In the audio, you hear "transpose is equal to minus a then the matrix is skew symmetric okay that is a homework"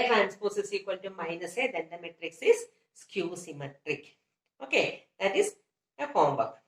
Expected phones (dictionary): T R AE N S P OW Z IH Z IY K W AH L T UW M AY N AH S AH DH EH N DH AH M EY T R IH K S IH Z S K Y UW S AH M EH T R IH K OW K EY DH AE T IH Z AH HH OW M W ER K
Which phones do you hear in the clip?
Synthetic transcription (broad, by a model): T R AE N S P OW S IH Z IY K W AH L T UW M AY N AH S AH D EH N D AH M EY T R IH K S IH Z S K Y UW S AH M EH T R IH K OW K EY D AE T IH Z AH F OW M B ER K